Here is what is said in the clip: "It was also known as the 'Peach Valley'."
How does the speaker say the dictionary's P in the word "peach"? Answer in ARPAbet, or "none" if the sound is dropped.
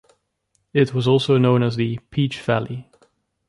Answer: P